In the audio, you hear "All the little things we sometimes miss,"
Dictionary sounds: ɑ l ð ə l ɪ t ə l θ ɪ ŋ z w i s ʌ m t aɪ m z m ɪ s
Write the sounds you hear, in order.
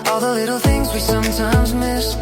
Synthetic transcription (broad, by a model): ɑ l ð ə l ɪ t l θ ɪ ŋ z w i s ʌ m t aɪ m z m ɪ s